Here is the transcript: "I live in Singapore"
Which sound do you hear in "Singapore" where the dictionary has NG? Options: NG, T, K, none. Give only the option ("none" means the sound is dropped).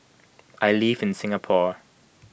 NG